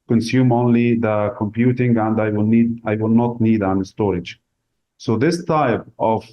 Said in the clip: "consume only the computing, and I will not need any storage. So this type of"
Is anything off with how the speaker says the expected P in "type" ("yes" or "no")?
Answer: no